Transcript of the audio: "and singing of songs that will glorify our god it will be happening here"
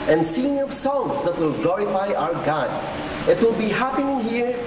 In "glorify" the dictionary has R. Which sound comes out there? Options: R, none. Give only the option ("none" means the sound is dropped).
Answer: R